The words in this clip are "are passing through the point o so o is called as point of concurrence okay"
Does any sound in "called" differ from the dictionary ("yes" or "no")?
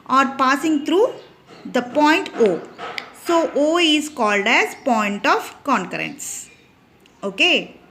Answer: no